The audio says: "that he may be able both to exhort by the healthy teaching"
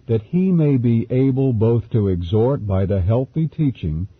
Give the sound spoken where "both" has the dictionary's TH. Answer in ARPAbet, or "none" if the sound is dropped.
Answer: TH